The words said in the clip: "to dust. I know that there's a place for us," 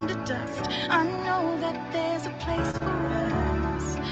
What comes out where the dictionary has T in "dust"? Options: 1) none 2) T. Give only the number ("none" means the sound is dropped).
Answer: 2